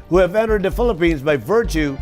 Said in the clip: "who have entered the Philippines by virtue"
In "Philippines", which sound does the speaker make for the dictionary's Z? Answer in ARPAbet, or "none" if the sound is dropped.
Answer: Z